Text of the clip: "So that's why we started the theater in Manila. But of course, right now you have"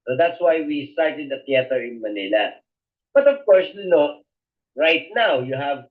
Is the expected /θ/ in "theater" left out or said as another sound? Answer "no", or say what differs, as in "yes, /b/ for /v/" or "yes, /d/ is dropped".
yes, /t/ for /θ/